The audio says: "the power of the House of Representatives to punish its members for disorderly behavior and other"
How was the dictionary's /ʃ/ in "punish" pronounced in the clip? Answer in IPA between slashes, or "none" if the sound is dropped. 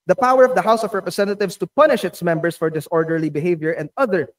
/ʃ/